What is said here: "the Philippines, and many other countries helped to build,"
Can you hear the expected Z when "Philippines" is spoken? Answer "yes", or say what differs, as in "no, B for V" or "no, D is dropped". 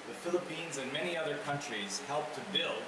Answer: yes